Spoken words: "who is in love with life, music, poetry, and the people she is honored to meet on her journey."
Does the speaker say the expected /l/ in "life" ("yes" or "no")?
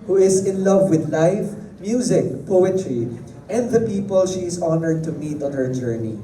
yes